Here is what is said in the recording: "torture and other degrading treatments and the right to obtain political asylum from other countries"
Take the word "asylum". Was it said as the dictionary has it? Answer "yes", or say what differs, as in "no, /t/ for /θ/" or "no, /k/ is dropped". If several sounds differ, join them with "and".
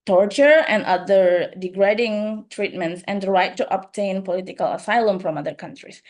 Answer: yes